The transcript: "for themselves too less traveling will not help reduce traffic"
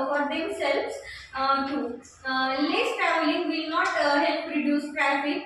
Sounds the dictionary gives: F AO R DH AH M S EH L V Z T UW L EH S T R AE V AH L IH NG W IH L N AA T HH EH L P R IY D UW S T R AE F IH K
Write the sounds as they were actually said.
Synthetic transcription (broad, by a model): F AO R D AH M S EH L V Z T UW L EH S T AE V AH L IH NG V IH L N AA T HH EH L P R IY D UW S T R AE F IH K